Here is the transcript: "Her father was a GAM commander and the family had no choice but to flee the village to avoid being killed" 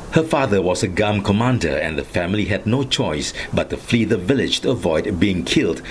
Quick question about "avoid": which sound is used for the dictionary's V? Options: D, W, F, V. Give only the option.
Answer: V